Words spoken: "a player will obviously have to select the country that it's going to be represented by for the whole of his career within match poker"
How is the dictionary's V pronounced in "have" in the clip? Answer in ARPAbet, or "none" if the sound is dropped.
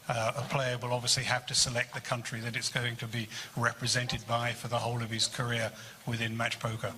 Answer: F